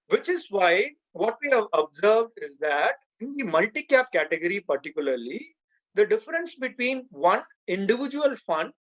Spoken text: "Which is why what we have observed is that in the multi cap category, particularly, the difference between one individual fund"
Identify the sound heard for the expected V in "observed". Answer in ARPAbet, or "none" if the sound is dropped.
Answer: V